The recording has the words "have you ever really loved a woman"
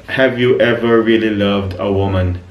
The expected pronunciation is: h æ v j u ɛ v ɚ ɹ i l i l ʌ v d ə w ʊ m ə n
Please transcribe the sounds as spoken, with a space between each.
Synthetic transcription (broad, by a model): h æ v j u ɛ v ɚ ɹ i l i l ʌ v d ə w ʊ m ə n